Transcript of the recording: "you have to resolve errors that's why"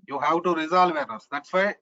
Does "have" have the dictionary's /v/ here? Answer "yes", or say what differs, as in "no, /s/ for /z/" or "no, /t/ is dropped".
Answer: no, /w/ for /v/